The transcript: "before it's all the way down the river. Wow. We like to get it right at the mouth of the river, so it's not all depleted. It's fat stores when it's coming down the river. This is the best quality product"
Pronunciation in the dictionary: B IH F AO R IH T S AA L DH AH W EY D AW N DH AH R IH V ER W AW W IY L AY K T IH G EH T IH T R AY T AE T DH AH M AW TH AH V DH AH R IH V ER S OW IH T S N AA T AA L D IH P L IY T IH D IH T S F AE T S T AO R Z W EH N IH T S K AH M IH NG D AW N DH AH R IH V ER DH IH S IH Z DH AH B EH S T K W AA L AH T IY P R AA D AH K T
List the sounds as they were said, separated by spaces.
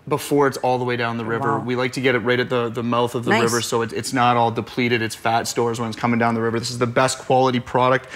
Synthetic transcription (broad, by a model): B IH F AO R IH T S AA L DH AH W EY D AW N DH AH R IH V ER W W IY L AY K T IH G EH T IH T R AY T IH T DH AH M AW TH AH V DH AH R IH V ER S OW IH T S N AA T AA L D IH P L IY T IH D IH T S F AE T S T AO R Z W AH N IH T S K AH M IH NG D AW N DH AH R IH V ER DH IH S IH Z DH AH B EH S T K W AA L AH T IY P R AA D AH K T